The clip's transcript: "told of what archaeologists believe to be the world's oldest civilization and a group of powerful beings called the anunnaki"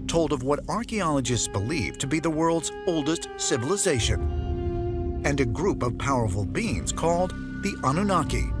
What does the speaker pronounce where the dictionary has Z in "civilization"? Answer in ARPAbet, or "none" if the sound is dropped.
Z